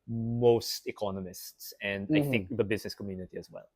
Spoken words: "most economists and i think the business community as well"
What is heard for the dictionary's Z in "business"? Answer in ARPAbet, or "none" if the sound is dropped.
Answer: Z